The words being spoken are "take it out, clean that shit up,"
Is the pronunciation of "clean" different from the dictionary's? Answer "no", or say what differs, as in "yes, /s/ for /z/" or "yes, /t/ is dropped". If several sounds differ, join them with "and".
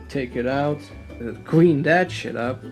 yes, /w/ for /l/